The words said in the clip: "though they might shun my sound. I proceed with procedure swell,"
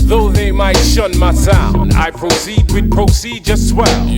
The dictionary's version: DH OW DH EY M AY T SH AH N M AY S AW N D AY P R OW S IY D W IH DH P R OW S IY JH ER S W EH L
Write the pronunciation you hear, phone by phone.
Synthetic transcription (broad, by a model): DH OW DH EY M AY T SH AH N M AY S AW N D AY P R OW S IY D W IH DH P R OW S IY JH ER S W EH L